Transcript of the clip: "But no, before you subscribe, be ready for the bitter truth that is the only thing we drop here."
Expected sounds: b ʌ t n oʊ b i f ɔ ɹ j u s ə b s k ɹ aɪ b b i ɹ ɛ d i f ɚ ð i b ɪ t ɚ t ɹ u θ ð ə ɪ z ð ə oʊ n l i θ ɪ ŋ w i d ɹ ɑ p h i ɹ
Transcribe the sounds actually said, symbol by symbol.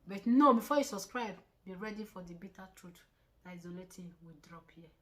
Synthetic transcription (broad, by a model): b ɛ t n oʊ b i f ɔ j u s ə s k ɹ aɪ b b i ɹ ɛ d i f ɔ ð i b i t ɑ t ɹ u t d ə ɪ z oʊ l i t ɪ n w i d ɹ ɑ p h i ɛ